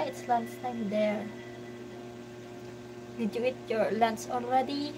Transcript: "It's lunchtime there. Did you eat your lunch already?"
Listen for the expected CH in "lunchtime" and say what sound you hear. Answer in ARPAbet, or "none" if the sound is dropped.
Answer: S